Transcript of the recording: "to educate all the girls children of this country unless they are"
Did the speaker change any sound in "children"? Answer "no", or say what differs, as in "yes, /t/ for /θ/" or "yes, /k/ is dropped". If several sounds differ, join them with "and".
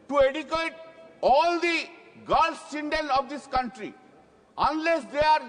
yes, /n/ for /l/ and /ɹ/ is dropped